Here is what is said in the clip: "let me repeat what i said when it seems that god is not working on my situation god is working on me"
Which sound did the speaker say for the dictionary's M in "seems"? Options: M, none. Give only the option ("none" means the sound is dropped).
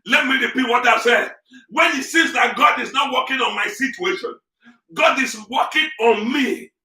none